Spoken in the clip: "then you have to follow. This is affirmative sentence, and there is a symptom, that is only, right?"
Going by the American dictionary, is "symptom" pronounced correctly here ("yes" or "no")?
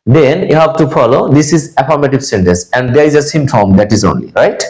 no